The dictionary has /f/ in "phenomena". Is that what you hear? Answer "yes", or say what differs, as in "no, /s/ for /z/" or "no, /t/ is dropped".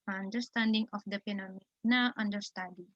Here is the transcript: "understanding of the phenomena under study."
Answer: no, /p/ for /f/